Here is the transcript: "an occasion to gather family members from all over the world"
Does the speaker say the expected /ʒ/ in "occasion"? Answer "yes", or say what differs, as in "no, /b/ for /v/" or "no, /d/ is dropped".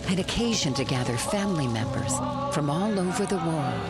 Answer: yes